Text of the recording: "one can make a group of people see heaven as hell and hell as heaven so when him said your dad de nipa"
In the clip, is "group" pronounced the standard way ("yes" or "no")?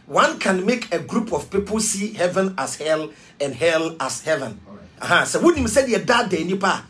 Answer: yes